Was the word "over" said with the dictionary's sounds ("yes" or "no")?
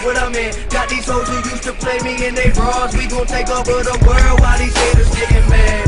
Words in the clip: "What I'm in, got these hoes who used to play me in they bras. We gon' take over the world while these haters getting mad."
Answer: no